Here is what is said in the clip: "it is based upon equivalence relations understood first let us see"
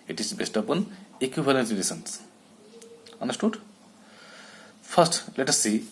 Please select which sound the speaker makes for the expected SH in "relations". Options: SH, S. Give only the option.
S